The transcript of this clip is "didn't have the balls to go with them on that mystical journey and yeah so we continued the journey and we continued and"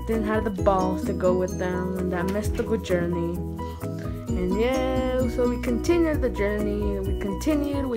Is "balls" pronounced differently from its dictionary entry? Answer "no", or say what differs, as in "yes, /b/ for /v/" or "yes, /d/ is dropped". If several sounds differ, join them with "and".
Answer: yes, /z/ is dropped